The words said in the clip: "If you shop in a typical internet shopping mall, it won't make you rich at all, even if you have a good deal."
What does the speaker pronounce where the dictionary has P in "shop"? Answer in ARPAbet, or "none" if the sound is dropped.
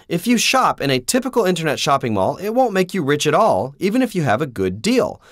P